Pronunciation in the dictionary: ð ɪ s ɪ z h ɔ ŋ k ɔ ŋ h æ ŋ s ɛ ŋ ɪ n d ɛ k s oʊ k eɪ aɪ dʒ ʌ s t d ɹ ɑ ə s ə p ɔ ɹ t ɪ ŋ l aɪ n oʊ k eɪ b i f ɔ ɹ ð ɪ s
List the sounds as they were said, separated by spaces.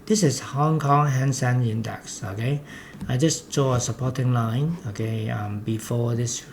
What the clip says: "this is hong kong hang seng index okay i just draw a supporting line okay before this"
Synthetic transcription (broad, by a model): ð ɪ s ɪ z h ɔ ŋ k ɔ ŋ h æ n s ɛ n ɪ n d ɛ k s oʊ k eɪ aɪ dʒ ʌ s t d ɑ ə s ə p ɔ t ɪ ŋ l aɪ n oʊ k eɪ b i f ɔ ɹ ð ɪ s